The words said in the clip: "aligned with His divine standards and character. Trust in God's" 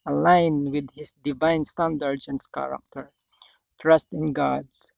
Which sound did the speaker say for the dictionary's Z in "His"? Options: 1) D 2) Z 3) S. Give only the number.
3